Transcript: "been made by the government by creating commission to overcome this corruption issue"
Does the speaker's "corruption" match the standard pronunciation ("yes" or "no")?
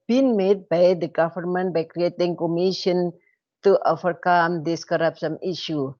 no